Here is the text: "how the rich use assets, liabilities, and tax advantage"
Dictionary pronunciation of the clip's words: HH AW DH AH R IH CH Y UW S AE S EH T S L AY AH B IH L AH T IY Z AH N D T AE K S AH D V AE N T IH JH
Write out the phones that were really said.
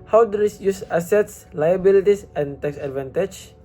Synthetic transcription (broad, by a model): HH AW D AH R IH S Y UW S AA S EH T S L AY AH B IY L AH T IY S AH N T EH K S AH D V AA N T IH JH